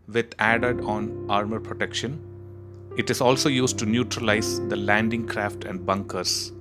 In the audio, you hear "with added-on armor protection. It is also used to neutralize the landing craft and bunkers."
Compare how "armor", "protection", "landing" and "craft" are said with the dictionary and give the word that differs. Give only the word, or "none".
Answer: none